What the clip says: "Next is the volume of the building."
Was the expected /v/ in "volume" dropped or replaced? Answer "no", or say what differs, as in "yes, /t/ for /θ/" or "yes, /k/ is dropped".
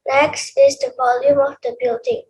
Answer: no